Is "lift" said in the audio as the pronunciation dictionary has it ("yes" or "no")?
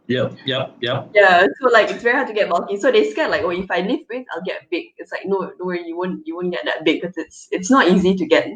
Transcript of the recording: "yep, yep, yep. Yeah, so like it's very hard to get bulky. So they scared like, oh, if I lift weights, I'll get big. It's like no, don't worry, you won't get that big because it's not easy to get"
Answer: no